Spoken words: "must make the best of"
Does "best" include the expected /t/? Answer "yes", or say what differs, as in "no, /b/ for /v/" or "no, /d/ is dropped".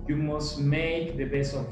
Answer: no, /t/ is dropped